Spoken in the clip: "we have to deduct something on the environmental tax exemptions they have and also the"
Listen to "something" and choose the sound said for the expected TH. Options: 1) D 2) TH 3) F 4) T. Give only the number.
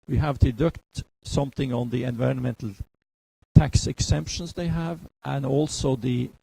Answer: 2